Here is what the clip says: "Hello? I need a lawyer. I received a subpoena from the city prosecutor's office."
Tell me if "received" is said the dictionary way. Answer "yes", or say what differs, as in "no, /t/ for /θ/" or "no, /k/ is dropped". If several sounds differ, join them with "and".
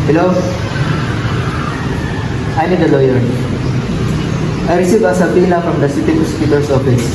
no, /d/ is dropped